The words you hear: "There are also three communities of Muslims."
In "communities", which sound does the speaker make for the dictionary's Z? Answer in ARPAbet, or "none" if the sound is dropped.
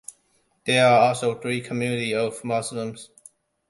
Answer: none